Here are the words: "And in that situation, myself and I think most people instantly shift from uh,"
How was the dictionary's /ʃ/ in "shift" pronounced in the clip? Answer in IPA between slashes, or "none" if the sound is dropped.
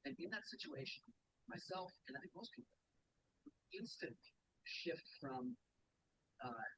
/ʃ/